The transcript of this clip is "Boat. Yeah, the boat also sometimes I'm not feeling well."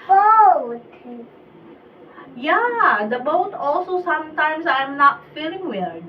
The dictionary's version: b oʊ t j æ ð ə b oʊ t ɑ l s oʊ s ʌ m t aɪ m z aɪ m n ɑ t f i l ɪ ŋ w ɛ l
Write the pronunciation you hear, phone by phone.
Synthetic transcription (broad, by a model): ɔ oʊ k j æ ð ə b oʊ t ɑ l s oʊ s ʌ m t aɪ m s aɪ m n ɑ t f i l ɪ ŋ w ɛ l